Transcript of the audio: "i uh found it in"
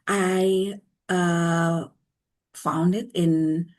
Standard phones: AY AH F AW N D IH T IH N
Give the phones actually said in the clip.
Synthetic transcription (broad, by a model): AY AH F AW N D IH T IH N